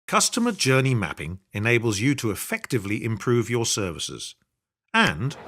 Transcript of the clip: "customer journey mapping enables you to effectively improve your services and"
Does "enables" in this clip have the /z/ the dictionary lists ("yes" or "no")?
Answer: yes